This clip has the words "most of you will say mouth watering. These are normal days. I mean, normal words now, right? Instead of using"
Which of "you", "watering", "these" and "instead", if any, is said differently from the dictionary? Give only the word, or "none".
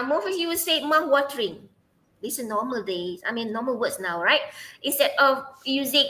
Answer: these